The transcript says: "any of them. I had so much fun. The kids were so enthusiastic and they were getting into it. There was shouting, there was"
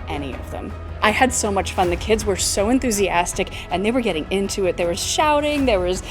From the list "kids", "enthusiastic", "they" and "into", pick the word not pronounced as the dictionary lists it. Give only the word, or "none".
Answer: none